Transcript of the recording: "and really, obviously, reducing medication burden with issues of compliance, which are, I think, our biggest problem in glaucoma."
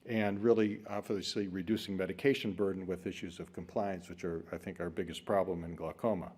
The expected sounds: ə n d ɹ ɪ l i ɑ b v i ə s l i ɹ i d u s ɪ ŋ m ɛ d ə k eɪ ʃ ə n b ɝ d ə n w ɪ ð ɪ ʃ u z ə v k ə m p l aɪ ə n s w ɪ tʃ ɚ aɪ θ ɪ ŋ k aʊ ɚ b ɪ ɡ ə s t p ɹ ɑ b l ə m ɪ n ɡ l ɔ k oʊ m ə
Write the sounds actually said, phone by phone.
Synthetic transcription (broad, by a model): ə n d ɹ ɪ l i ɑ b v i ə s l i ɹ i d u s ɪ ŋ m ɛ d ə k eɪ ʃ ə n b ɝ d n w ɪ ð ɪ ʃ u z ə v k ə m p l aɪ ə n s w ɪ tʃ ɚ aɪ θ ɪ ŋ k aʊ ɚ b ɪ ɡ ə s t p ɹ ɑ b l ə m ɪ n ɡ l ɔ k oʊ m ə